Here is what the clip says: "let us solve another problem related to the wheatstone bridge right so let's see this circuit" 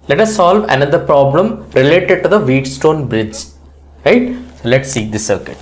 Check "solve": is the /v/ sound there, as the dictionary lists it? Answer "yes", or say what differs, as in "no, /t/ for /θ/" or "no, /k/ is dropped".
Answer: yes